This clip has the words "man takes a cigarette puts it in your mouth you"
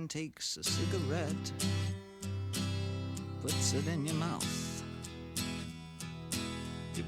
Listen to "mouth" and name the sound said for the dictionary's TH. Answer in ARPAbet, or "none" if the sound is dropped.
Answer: TH